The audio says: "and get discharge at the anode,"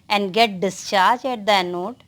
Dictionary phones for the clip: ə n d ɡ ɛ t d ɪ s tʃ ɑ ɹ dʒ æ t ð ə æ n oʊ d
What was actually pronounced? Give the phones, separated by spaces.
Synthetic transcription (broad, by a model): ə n d ɡ ɛ t d ɪ s tʃ ɑ ɹ dʒ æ t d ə n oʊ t